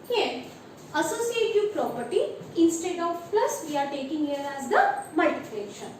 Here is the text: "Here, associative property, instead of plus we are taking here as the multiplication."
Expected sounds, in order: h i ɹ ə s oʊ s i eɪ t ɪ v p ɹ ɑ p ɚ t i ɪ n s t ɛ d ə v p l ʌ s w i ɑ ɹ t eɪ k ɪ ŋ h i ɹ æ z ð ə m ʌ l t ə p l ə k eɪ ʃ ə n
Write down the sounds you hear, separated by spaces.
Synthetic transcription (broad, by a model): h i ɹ ə s oʊ s i eɪ t ɪ v p ɹ ɑ p ɚ t i ɪ n s t ɛ d ə v p l ʌ s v i ɑ ɹ t eɪ k ɪ ŋ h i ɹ æ z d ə m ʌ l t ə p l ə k ʃ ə n